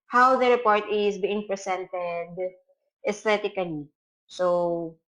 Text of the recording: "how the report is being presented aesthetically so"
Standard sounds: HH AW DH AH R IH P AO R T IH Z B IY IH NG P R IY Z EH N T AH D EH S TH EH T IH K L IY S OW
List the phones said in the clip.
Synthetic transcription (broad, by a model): HH AW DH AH R IH P AO R T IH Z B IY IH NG P R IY S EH N T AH D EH S T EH T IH K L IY S OW